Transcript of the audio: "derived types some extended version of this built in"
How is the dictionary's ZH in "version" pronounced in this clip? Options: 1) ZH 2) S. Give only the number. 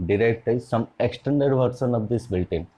2